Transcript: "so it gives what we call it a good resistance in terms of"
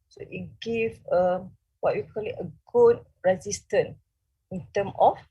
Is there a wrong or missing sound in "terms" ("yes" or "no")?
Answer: yes